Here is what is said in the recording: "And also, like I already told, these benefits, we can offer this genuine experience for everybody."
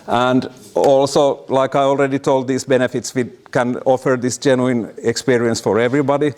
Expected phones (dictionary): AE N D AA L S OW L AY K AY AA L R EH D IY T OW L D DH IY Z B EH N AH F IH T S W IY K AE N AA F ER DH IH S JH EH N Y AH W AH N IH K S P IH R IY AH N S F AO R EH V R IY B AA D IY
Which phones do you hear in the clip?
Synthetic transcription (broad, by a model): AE N D AA L S OW L AY K AY AA L R EH D IY T OW L D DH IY S B EH N AH F IH T S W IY K AE N AA F ER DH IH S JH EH N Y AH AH N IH K S P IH R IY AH N S F AO R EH V R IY B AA D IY